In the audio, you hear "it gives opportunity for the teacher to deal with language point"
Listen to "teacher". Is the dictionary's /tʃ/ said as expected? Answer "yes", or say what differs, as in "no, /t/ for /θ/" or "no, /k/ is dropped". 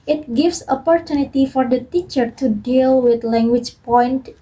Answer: yes